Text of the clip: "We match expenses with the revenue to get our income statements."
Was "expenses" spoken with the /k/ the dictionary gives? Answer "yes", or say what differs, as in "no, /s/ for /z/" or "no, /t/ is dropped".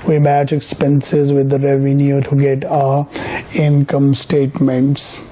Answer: yes